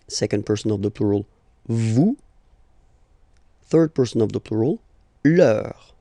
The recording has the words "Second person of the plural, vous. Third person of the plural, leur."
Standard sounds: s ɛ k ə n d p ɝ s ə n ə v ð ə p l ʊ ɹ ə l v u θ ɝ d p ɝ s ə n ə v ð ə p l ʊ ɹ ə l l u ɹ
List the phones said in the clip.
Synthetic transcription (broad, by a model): s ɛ k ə n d p ɝ s ə n ə v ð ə p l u ɹ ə l v u θ ɝ d p ɝ s ə n ə v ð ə p l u ɹ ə l l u ɹ